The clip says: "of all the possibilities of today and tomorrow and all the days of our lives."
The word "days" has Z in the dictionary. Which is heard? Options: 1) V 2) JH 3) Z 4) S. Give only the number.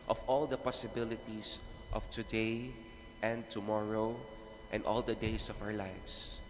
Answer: 4